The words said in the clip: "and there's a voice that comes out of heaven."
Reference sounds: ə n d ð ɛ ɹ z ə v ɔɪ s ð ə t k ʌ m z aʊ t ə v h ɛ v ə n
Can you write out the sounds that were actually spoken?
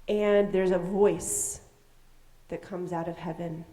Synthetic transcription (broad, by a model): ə n ð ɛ ɹ z ə v ɔɪ s ð ə t k ʌ m z aʊ t ə v h ɛ v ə n